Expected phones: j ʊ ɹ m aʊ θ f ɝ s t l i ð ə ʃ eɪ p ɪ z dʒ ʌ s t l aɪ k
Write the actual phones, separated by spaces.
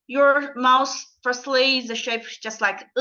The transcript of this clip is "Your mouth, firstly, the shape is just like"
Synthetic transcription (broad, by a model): j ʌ ɹ m aʊ s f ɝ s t l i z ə ʃ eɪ ɪ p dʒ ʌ s t l aɪ k